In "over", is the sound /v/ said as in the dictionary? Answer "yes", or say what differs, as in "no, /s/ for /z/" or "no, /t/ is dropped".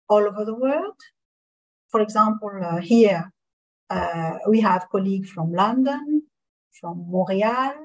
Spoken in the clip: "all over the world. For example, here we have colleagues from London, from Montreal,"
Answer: yes